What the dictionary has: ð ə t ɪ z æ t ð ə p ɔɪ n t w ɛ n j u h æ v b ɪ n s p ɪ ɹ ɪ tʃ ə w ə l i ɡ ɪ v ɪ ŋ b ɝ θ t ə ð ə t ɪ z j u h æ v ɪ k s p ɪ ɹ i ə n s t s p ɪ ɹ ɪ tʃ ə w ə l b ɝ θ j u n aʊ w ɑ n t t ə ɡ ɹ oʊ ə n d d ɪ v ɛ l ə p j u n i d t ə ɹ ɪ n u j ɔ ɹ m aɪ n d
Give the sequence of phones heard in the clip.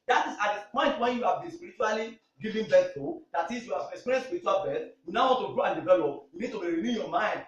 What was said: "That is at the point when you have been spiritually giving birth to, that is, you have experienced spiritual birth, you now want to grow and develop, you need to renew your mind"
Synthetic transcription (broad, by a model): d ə t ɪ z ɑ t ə p ɔɪ n t w ɛ n j u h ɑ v b ɪ n s p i ɹ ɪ tʃ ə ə l i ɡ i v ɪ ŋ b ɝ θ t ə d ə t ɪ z j u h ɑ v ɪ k s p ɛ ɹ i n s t s p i ɹ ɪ tʃ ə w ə l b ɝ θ j u n aʊ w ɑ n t t ə ɡ ɹ oʊ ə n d d ɪ v ɛ l ə p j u n i d t ə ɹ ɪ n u j ɔ m aɪ n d